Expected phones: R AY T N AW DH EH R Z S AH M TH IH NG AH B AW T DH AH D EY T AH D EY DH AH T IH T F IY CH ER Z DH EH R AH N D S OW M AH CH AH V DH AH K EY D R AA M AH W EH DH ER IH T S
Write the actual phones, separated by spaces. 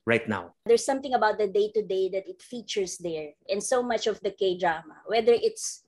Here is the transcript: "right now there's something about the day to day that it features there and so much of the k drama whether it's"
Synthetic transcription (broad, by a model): R AY T N AW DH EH R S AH M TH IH NG AH B AW T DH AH D EY T AH D EY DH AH T IH T F IY CH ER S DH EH R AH N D S OW M AH CH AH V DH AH K EY D R AA M AH W EH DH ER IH T S